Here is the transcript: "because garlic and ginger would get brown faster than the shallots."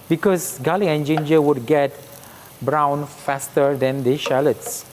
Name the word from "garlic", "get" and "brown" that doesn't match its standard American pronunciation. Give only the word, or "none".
garlic